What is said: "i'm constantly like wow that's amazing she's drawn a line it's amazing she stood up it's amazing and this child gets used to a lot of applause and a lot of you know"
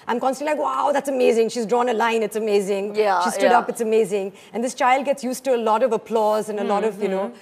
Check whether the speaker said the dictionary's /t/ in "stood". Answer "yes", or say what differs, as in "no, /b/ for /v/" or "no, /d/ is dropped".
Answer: no, /s/ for /t/